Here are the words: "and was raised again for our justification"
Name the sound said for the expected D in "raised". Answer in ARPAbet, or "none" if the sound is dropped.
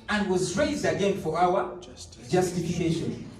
D